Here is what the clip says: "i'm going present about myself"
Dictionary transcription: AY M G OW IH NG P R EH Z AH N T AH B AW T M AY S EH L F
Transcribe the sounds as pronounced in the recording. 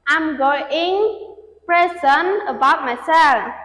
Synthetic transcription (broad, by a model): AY M G OW IH NG P R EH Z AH N AH B AW T M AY S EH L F